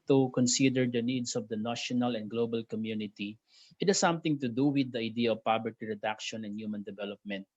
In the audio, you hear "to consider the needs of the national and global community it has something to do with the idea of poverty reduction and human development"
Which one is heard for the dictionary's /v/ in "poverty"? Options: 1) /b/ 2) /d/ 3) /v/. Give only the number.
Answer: 1